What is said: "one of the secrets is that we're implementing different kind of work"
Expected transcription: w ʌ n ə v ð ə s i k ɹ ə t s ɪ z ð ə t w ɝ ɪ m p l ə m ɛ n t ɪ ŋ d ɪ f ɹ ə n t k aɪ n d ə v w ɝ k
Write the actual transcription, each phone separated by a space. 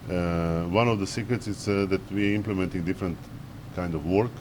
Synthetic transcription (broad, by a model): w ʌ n ə v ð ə s i k ɹ ə t s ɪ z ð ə t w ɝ ɪ m p l ə m ɛ n t ɪ ŋ d ɪ f ɹ ə n t k aɪ n d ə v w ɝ k